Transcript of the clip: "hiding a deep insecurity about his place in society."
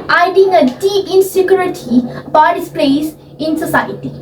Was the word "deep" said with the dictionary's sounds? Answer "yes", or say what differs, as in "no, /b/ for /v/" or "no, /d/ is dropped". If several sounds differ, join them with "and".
no, /p/ is dropped